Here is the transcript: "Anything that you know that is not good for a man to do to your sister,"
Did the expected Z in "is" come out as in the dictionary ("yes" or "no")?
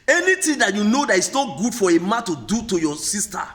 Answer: no